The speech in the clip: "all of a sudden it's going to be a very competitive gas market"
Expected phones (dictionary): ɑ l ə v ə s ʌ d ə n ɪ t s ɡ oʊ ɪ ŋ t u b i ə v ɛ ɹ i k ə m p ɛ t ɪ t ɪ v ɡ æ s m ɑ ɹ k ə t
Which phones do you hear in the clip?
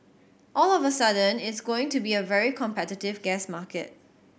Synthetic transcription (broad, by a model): ɑ l ə v ə s ʌ d ə n ɪ t s ɡ oʊ ɪ ŋ t u b i ə v ɛ ɹ i k ə m p ɛ t ɪ t ɪ v ɡ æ s m ɑ k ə t